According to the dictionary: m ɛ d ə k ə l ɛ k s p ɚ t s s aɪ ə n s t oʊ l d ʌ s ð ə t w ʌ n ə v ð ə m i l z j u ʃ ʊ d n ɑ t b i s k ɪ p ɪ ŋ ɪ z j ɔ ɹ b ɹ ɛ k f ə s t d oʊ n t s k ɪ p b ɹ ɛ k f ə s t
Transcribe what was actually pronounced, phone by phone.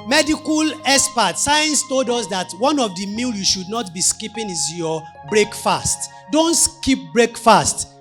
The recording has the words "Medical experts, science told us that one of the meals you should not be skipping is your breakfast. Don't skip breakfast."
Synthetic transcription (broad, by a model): m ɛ d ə k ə l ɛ s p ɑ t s s aɪ ə n s t oʊ l d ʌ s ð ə t w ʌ n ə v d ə m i l j u ʃ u d n ɑ t b i s k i p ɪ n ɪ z j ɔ b ɹ ɛ k f ə s t d oʊ n t s k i p b ɹ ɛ k f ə s t